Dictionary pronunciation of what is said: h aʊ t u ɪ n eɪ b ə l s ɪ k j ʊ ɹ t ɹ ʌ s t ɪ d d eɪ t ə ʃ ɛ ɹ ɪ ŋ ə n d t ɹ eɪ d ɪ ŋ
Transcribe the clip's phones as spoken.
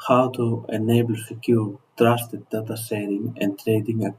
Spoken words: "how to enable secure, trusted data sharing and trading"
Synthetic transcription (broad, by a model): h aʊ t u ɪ n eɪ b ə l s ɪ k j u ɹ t ɹ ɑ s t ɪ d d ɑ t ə s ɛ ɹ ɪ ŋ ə n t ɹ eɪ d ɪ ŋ